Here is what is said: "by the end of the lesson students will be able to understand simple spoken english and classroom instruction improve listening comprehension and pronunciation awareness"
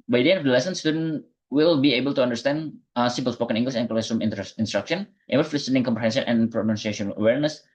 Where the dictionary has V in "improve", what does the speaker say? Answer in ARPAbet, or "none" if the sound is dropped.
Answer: F